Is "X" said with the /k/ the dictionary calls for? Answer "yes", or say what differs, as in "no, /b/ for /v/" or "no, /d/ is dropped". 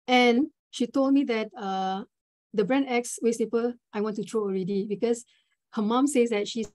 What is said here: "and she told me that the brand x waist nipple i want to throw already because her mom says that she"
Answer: yes